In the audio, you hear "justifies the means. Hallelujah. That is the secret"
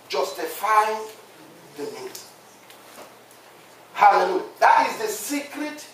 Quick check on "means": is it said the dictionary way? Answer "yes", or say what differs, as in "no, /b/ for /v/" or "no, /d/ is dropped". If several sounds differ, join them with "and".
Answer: no, /n/ is dropped